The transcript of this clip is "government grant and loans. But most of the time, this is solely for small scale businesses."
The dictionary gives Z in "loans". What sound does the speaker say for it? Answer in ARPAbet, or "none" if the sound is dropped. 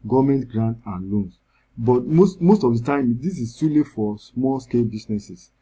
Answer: S